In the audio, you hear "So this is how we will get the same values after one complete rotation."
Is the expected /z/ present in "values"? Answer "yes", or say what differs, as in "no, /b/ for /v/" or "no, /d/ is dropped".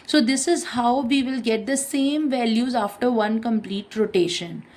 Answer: yes